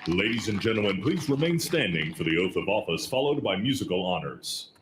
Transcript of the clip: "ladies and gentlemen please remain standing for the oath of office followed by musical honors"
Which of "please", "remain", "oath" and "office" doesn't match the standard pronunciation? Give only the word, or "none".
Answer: none